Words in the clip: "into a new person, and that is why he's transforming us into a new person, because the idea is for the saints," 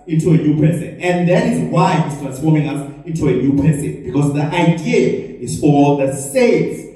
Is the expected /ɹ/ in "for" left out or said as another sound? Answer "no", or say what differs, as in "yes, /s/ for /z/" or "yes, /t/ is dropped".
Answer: yes, /l/ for /ɹ/